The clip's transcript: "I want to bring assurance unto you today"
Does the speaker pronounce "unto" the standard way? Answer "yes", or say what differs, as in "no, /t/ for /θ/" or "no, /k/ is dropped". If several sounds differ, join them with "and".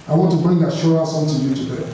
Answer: no, /l/ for /n/